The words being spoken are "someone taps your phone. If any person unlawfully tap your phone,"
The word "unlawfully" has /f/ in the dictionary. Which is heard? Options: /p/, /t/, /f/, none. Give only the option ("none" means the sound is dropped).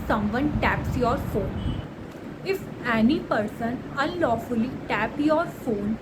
/f/